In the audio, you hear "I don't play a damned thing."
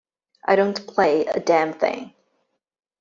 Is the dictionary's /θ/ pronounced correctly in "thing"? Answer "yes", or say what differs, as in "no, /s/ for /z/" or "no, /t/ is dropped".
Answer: yes